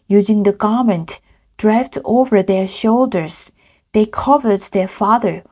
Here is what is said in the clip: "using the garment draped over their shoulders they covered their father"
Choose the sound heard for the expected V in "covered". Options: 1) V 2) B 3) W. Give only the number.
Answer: 1